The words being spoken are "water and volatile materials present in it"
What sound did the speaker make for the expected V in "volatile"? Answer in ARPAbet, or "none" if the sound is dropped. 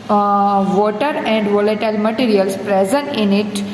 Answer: V